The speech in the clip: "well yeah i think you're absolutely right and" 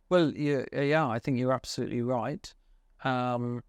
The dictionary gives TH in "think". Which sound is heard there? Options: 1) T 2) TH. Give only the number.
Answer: 2